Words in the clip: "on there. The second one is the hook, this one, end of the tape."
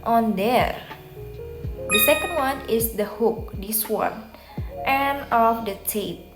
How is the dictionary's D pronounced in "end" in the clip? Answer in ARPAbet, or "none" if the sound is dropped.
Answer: none